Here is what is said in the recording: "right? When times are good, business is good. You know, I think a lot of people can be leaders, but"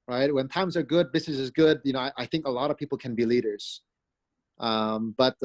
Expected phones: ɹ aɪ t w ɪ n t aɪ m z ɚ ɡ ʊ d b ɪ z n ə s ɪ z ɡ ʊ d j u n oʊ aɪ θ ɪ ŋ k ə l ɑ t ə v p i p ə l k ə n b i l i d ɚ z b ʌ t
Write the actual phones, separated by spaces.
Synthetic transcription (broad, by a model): ɹ aɪ t w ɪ n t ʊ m z ɚ ɡ ʊ d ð ɪ s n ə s ɪ z ɡ ʊ d j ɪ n oʊ aɪ θ ɪ ŋ k ə l ɑ t ə v p i p l k ə n b i l i d ɚ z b ʌ t